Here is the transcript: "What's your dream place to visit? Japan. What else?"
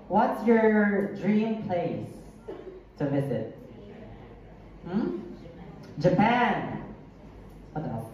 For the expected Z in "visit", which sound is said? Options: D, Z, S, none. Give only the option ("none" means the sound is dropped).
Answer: S